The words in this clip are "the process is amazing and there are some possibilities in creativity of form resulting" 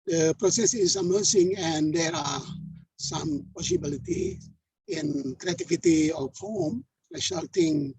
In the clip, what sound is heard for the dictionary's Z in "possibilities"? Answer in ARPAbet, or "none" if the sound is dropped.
none